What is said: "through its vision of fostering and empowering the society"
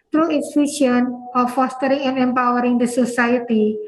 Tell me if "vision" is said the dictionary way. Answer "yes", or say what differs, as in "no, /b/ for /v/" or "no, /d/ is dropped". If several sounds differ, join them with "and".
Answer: no, /ʃ/ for /ʒ/